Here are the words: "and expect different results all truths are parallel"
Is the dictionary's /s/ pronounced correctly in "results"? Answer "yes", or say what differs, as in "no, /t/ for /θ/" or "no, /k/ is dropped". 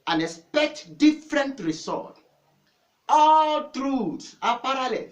no, /s/ is dropped